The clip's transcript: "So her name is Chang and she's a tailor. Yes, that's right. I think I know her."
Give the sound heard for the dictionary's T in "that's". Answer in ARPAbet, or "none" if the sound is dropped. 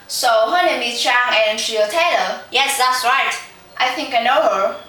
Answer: T